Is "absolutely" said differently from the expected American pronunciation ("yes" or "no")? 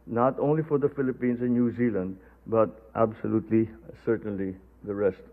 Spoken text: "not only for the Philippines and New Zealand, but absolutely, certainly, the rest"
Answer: no